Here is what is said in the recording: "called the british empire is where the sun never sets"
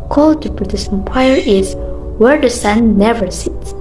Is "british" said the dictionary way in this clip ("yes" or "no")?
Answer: no